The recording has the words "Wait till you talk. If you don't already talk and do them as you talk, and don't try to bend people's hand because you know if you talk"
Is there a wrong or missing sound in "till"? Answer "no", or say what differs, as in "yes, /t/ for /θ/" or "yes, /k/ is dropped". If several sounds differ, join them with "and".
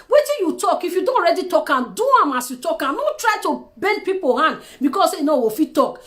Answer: yes, /n/ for /l/